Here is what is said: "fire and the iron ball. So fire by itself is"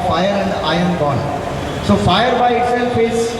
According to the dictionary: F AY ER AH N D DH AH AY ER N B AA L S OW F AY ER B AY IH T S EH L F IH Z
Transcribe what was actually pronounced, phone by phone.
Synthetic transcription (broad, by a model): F AY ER AH N D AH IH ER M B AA N S OW F AY ER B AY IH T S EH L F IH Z